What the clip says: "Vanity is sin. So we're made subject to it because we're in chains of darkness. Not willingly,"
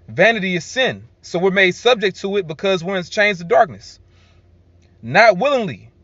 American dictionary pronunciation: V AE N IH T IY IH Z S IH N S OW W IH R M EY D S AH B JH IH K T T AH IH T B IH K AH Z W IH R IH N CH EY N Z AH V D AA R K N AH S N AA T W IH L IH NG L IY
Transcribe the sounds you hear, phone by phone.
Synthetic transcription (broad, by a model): V AE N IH T IY IH Z S IH N S OW W IH R M EY S AH B JH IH K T T AH IH T B IH K AH Z W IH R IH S CH EY N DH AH D AA R K N AH S N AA T W IH L IH NG L IY